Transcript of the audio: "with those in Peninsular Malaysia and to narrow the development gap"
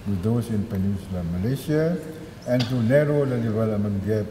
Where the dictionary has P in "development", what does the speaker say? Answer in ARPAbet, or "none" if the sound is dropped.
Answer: none